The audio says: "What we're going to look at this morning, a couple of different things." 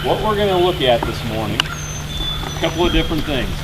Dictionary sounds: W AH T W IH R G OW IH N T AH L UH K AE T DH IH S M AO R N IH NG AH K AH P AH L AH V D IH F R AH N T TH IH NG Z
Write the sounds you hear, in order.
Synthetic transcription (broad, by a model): W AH T W IH R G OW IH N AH L UH K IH T DH IH S M AO R N IH NG AH K AH P L AH V D IH F R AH N TH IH NG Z